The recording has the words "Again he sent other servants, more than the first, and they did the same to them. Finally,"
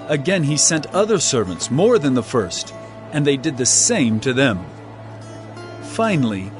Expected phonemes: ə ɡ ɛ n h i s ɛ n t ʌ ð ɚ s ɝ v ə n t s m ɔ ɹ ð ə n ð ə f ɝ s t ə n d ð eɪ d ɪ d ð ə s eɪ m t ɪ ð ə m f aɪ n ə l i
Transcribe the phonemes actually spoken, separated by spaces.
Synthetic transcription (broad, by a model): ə ɡ ɛ n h i s ɛ n t ʌ ð ɚ s ɝ v ə n t s m ɔ ɹ ð ə n ð ə f ɝ s t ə n ð eɪ d ɪ d ð ə s eɪ m t ɪ ð ə m f aɪ n l i